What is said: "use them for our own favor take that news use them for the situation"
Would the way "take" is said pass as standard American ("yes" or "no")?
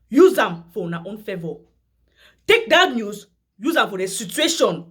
yes